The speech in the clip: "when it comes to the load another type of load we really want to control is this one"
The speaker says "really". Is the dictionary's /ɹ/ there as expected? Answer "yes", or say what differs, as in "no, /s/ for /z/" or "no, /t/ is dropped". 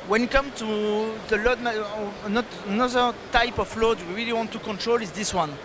yes